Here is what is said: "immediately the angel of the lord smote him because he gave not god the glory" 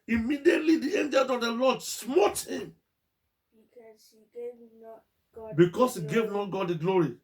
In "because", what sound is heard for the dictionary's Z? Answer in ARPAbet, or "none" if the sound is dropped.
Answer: S